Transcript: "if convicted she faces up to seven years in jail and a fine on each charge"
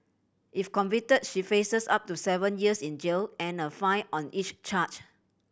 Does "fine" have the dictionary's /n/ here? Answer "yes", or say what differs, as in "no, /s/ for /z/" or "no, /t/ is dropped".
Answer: no, /n/ is dropped